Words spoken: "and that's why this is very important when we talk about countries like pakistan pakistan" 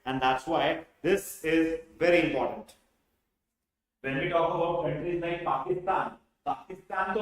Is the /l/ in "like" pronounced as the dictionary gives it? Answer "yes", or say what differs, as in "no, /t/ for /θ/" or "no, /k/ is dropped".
no, /n/ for /l/